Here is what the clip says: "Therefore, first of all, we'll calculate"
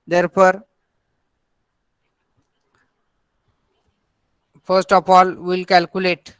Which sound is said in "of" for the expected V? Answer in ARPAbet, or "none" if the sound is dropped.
P